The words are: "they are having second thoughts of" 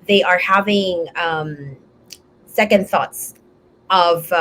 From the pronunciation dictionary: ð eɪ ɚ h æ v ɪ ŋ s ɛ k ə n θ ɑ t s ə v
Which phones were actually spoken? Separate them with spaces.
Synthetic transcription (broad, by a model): ð eɪ ɚ h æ v ɪ ŋ s ɛ k ə n θ ɑ t s ə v